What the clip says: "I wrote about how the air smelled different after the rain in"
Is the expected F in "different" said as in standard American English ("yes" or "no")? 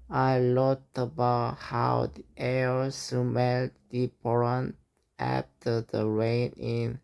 no